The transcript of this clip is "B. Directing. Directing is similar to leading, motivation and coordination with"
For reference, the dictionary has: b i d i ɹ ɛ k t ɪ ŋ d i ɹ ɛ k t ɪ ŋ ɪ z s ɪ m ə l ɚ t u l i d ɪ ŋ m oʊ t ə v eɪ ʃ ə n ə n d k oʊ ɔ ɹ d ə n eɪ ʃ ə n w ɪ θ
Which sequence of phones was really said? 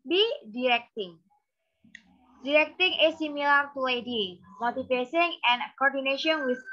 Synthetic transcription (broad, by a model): b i d i ɹ ɛ k t ɪ ŋ d i ɹ ɛ k t ɪ ŋ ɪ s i m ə l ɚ t u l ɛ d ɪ m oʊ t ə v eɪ s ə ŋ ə n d k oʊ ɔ ɹ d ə n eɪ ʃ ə n w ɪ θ